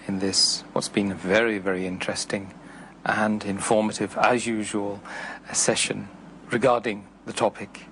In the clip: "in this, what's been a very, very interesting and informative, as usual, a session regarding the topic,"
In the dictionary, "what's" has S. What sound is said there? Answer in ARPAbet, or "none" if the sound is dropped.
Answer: S